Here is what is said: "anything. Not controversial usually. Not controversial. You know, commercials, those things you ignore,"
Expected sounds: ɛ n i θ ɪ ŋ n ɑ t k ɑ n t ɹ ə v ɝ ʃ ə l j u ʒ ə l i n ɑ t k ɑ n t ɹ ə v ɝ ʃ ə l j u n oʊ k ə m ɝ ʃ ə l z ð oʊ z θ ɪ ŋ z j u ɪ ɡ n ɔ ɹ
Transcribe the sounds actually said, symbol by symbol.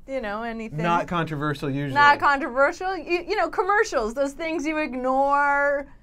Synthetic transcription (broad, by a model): ɛ n i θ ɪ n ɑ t k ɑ n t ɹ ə v ɝ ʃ l j u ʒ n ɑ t k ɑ n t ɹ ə v ɝ ʃ l j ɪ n oʊ k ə m ɝ ʃ l z ð oʊ z θ ɪ ŋ z j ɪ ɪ ɡ n ɔ ɹ